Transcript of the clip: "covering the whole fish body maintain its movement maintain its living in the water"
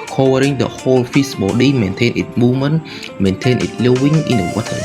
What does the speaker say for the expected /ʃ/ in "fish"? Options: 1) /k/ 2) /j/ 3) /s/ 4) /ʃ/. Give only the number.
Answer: 3